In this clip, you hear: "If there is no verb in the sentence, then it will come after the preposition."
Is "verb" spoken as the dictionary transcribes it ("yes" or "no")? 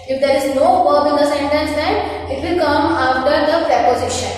no